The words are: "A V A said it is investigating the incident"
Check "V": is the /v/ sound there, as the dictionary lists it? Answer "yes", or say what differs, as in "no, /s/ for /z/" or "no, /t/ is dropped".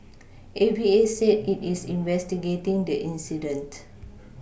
no, /b/ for /v/